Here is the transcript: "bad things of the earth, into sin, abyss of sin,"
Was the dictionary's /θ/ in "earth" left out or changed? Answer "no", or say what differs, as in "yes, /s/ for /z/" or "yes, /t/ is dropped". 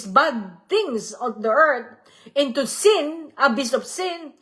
yes, /t/ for /θ/